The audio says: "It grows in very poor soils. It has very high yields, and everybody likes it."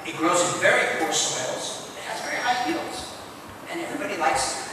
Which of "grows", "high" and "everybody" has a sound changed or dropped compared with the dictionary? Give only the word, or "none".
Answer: none